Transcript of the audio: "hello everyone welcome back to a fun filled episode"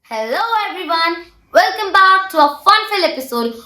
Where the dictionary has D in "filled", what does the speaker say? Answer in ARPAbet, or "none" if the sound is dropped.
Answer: none